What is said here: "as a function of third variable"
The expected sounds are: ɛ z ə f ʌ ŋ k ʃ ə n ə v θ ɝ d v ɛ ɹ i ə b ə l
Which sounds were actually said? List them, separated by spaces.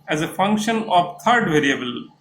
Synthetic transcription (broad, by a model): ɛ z ə f ʌ ŋ k ʃ ə n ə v t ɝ d v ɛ ɹ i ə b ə l